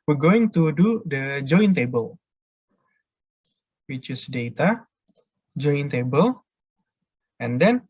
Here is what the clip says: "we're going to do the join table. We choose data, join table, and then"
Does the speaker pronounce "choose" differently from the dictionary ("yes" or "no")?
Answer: yes